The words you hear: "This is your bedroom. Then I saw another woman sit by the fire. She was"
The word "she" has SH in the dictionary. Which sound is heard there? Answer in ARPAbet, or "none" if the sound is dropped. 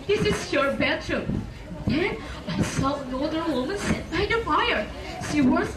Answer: S